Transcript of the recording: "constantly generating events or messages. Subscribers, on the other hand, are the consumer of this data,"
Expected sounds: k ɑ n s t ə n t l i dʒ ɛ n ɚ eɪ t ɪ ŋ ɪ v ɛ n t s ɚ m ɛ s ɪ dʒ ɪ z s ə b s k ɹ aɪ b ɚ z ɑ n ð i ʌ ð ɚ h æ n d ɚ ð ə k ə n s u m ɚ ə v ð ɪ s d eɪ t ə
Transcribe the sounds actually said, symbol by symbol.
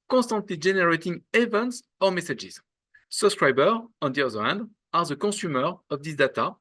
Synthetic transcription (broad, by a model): k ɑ s t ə n t l i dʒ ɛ n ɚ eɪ t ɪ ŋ ɪ v ɛ n t s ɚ m ɛ s ɪ dʒ ɪ z s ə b s k ɹ aɪ b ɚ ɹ ɑ n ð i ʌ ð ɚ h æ n d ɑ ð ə k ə s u m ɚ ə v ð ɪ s d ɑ t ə